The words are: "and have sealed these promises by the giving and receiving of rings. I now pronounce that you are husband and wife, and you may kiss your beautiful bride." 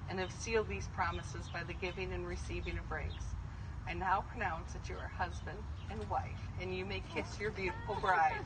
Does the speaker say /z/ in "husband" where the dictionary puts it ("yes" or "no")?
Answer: yes